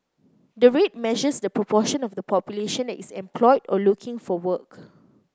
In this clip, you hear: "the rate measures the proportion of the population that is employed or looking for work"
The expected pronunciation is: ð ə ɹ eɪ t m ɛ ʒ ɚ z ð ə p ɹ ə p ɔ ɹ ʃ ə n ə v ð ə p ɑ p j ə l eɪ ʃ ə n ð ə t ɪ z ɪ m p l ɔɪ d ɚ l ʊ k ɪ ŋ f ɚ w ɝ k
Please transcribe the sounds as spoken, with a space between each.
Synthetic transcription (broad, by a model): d ə ɹ eɪ t m ɛ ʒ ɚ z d ə p ɹ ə p ɔ ʃ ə n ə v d ə p ɑ p j ə l eɪ ʃ ə n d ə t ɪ s ɪ m p l ɔɪ d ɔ l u k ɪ ŋ f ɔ w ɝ k